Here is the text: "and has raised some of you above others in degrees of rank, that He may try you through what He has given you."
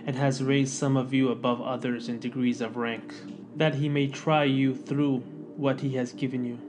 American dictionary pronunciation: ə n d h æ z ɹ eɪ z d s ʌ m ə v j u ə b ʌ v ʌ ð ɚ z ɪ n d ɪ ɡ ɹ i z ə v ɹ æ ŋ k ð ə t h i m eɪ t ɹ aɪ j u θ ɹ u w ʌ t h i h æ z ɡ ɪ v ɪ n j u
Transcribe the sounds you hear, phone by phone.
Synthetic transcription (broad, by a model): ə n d h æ z ɹ eɪ z d s ʌ m ə v j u ə b ʌ v ʌ ð ɚ z ɪ n d ɪ ɡ ɹ i z ə v ɹ æ ŋ k ð ə t h i m eɪ t ɹ aɪ j u θ ɹ u w ʌ t h i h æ z ɡ ɪ v ɪ n j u